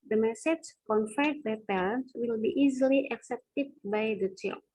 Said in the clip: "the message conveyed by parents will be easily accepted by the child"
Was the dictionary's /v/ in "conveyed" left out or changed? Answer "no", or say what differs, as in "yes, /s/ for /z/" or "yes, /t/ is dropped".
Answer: yes, /f/ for /v/